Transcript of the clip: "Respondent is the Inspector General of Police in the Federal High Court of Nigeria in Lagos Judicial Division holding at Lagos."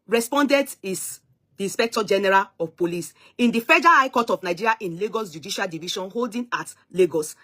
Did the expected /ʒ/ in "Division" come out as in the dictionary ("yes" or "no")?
no